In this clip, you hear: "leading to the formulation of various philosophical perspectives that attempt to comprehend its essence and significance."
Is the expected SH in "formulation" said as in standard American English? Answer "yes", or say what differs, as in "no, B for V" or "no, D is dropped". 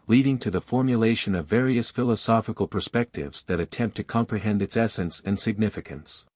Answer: yes